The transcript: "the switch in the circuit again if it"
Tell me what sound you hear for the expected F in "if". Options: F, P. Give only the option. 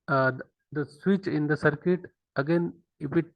P